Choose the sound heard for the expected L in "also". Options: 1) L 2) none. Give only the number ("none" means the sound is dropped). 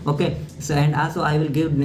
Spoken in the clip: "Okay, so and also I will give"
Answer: 1